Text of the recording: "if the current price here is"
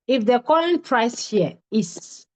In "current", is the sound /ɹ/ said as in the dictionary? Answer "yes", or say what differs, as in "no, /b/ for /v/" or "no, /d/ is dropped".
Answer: no, /l/ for /ɹ/